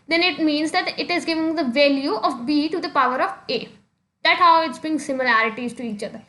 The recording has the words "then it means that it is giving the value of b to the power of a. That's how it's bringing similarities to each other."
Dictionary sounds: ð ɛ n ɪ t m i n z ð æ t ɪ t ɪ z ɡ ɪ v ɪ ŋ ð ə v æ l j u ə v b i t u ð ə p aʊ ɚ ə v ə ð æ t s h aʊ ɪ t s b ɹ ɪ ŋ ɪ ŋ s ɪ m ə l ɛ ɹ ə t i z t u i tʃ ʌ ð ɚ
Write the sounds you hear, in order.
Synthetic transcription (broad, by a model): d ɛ n ɪ t m i n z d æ t ɪ t ɪ z ɡ ɪ v ɪ ŋ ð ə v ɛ l j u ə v b i t u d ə p aʊ ɚ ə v ə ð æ t h aʊ ɪ t s b ɪ ɪ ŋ s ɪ m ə l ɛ ɹ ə t i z t u i tʃ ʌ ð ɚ